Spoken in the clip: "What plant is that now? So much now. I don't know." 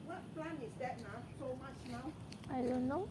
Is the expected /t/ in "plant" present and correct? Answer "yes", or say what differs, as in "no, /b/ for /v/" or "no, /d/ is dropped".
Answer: no, /t/ is dropped